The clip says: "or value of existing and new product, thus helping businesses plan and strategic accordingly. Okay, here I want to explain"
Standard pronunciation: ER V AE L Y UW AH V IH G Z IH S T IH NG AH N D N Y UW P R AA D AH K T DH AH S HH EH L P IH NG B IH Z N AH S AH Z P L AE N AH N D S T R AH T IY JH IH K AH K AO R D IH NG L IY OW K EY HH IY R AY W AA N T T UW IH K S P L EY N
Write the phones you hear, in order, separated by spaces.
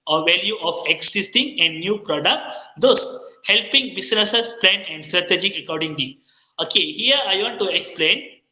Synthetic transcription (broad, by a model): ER V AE L Y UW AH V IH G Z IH S T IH NG AH N D N Y UW P R AA D AH K T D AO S HH EH L P IH NG B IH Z N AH S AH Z P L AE N AH N D S T R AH T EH JH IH AH K AO R D IH NG L IY OW K EY HH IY R AY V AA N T T UW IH K S P L EY N